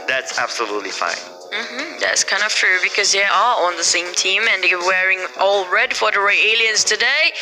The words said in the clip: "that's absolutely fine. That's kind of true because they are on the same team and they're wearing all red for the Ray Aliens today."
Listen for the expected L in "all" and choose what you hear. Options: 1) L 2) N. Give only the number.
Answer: 1